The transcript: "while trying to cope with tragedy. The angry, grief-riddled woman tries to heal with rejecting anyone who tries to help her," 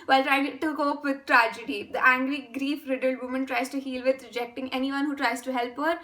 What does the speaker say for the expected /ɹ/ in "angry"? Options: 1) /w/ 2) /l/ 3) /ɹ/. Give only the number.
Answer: 2